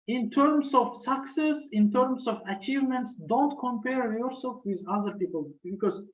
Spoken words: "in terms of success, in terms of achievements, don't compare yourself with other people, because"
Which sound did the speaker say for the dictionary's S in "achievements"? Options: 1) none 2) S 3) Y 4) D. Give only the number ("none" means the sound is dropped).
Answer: 2